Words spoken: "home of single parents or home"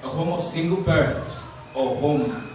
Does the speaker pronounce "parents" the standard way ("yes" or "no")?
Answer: no